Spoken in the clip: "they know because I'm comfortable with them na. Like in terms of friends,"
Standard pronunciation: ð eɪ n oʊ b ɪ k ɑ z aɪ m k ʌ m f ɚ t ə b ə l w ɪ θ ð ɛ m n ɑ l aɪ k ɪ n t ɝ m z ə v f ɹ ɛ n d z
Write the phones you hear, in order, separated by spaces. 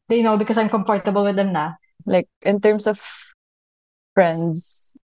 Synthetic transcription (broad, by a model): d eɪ n oʊ b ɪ k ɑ s aɪ m k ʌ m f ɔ t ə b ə l w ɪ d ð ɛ m n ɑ l aɪ k ɪ n t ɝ m s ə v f ɹ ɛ n d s